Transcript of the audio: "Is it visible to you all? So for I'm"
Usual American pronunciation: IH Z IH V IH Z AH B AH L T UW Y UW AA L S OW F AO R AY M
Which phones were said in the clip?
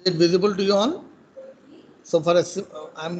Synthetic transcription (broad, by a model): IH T V IH Z AH B AH L T UW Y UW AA N S OW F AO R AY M